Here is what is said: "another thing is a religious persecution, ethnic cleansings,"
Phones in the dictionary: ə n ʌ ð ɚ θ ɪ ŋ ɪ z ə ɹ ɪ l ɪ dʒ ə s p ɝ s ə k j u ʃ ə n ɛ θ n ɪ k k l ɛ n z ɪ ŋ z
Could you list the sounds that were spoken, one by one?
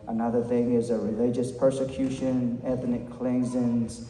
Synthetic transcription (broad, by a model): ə n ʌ ð ɚ θ ɪ ŋ ɪ z ə ɹ ɪ l ɪ dʒ ə s p ɝ s ə k j u ʃ ə n ɛ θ n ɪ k k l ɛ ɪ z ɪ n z